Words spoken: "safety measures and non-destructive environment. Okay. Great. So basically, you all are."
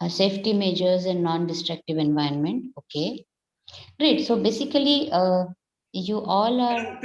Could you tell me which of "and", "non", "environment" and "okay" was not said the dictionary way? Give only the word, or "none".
environment